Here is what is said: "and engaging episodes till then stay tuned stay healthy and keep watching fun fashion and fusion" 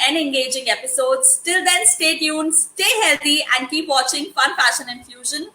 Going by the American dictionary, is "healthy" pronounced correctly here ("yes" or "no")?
no